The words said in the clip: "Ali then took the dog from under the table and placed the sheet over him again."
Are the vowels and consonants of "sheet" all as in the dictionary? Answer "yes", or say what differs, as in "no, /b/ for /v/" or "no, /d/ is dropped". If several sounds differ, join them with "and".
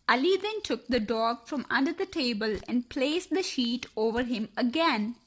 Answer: yes